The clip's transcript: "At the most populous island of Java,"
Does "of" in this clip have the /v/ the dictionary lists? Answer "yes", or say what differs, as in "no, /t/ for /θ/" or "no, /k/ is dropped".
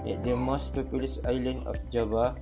no, /f/ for /v/